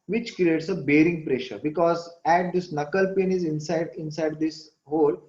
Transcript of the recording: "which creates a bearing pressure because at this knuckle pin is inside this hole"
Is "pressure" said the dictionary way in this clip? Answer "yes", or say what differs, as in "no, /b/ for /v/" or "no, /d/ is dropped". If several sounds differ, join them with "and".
yes